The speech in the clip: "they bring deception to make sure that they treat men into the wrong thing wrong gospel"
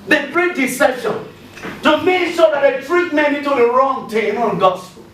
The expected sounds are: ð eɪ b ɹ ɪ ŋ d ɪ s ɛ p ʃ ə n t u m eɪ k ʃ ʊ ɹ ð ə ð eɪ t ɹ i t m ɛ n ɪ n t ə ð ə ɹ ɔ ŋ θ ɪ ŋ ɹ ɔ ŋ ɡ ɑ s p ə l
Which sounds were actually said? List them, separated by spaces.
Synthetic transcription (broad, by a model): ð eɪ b ɹ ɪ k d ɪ s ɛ ʃ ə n t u m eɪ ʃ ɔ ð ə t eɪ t ɹ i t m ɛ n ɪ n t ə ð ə ɹ ɔ ŋ t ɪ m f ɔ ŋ ɡ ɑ s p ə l